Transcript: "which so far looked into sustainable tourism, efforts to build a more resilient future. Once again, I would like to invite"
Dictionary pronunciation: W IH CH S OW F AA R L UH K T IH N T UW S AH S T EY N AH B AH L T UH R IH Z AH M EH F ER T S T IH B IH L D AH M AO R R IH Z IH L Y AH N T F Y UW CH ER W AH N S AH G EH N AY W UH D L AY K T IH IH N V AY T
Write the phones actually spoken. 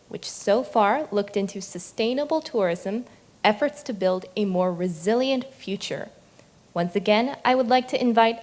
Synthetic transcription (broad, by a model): W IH CH S OW F AA R L UH K T IH N T UW S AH S T EY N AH B L T UH R IH Z AH M EH F ER T S T IH B IH L D AH M AO R R IH Z IH L Y AH N T F Y UW CH ER W AH N S AH G EH N AY W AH D L AY K T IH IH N V AY T